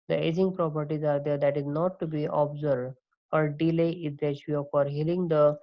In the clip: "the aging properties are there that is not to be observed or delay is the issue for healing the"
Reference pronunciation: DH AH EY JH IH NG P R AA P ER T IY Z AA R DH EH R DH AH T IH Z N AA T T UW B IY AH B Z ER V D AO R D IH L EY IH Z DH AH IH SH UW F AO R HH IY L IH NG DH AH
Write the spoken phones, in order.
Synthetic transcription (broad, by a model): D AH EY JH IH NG P R AA P ER T IY Z AA R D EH R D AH T IH Z N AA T T UW B IY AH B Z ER D AO R D IH L EY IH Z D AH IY UW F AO R HH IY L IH NG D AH